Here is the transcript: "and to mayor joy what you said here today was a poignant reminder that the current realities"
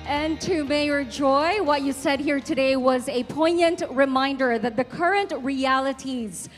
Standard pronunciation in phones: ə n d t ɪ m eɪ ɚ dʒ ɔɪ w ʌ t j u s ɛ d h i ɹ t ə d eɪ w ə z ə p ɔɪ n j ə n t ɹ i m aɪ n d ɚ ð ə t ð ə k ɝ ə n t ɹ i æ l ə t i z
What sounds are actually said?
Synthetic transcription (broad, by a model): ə n t ɪ m eɪ ɚ dʒ ɔɪ w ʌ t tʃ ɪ s ɛ d h i ɹ t ə d eɪ w ə z ə p ɔɪ n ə n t ɹ i m aɪ n d ɚ ð ə t ð ə k ɝ ə n t ɹ i æ l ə t i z